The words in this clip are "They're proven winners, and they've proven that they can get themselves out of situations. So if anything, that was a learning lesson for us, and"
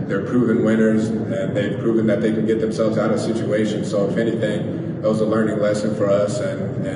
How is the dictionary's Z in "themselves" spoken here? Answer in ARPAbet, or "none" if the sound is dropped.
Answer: Z